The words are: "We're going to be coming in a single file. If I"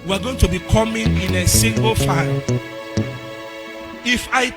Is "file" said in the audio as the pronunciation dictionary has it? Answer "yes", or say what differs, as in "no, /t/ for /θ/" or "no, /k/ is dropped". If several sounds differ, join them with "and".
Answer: no, /n/ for /l/